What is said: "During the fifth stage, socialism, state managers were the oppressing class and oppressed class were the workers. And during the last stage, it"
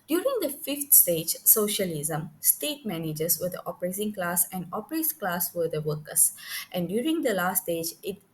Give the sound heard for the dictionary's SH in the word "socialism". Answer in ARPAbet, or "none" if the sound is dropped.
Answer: SH